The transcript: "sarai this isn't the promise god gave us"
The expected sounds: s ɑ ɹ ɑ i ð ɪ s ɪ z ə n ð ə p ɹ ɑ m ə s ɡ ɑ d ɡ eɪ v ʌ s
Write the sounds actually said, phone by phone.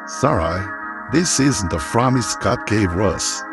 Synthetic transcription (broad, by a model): s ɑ ɹ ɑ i ð ɪ s ɪ z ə n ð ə f ɹ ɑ m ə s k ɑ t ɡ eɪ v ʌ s